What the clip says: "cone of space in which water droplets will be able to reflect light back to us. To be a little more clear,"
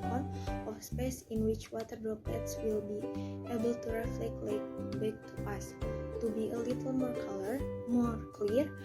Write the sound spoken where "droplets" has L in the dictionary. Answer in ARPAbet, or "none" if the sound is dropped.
none